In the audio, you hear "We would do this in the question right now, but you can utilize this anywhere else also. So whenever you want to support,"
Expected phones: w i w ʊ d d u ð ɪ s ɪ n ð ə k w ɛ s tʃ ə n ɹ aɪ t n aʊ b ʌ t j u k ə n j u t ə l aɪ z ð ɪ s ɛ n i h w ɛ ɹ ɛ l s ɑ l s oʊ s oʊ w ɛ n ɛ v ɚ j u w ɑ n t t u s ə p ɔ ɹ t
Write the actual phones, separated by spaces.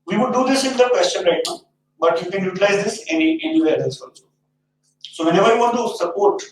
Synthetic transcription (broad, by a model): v i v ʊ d d u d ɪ s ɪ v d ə k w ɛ s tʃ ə n ɹ aɪ t n aʊ b ʌ t j u k ə n j u t ə l aɪ z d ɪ s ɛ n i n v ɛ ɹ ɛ s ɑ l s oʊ s oʊ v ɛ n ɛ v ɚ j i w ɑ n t t u s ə p ɔ ɹ t